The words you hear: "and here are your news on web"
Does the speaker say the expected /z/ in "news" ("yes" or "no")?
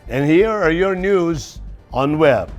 yes